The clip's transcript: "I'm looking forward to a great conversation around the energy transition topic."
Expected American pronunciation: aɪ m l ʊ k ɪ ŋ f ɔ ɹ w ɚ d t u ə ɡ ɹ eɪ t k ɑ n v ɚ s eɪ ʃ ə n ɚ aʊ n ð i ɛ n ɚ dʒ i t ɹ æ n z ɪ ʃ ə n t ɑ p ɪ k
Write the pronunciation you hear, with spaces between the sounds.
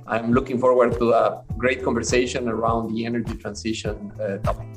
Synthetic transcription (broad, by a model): aɪ m l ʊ k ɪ ŋ f ɔ ɹ w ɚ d t u ə ɡ ɹ eɪ t k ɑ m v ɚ s eɪ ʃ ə n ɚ aʊ n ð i ɛ n ɚ dʒ i t ɹ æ n s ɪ ʃ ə n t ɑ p